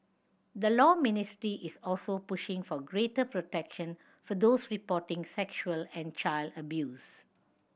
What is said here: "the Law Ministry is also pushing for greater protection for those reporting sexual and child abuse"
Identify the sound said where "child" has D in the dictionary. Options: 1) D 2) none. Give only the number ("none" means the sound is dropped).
1